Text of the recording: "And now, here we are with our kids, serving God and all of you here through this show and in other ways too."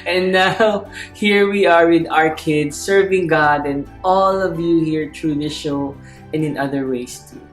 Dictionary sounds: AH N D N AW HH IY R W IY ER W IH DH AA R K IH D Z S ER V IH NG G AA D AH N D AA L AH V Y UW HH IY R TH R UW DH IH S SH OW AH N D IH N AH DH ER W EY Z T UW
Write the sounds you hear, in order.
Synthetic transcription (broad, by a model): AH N N AW HH IY R W IY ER W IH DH AA R K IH D S ER V IH NG G AA D AH N D AA L AH V Y UW HH IY R T R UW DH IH SH OW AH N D IH N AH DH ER W EY S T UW